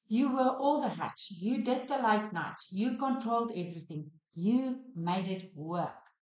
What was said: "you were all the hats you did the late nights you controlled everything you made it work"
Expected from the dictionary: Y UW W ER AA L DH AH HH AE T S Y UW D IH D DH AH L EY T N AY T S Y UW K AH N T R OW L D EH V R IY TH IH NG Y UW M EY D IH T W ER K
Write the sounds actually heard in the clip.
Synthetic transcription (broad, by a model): Y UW W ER AA L DH AH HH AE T Y UW D IH D DH AH L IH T N AY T Y UW K AH N T R OW L D EH V R IY TH IH NG Y UW M EY D IH T W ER K